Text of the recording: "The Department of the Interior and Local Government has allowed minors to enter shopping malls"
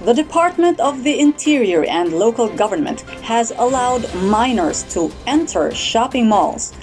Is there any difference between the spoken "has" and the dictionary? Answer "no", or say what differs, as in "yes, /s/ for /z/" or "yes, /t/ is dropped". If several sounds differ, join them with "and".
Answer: no